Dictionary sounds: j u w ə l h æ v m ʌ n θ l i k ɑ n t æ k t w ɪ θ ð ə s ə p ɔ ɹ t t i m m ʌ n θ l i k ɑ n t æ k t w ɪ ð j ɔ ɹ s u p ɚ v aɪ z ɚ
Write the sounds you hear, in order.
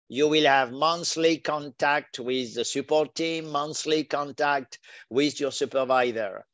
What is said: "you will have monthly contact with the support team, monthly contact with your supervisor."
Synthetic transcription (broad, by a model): j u w ə l h æ v m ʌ n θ l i k ɑ n t æ k t w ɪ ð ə s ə p ɔ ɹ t t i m m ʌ n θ l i k ɑ n t æ k t w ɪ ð j ɔ ɹ s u p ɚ v aɪ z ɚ